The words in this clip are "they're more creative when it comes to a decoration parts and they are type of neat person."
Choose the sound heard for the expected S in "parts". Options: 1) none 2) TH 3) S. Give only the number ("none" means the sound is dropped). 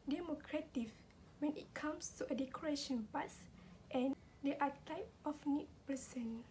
1